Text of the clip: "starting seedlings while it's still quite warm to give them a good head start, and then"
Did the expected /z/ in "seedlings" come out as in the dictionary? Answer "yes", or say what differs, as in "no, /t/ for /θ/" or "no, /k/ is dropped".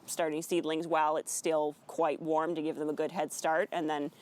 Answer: yes